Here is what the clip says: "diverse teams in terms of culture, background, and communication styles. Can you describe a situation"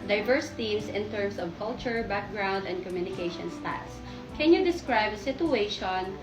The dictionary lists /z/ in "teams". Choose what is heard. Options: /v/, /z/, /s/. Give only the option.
/s/